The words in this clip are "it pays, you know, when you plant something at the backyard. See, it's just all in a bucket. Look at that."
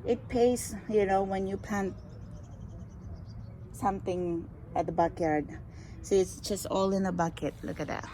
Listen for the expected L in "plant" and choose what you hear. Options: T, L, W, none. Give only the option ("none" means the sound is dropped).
none